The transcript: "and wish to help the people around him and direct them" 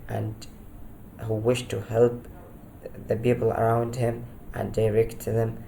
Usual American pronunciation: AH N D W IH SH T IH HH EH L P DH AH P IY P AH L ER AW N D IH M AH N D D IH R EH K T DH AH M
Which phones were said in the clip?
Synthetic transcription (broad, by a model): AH N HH W IH SH T IH HH EH L P DH AH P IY P L ER AW N D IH M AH N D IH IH R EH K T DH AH M